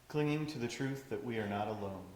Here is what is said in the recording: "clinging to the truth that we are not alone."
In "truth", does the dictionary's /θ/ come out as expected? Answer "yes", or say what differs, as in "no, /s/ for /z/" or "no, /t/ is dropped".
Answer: yes